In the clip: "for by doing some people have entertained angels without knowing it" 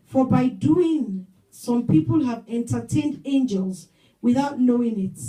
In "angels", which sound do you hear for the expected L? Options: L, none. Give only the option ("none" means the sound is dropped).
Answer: L